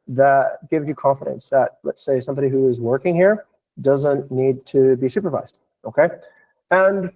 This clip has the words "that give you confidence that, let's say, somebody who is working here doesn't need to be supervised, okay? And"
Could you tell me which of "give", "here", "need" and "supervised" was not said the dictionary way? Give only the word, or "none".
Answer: none